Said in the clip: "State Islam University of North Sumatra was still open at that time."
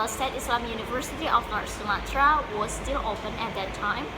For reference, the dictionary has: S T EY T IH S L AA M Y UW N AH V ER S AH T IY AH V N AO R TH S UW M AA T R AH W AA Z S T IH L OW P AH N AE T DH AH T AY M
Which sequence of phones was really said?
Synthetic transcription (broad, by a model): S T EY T IH S L AA M Y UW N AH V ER S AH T IY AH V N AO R T S UW M AA T R AH W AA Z S T IH L OW P AH N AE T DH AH T AY M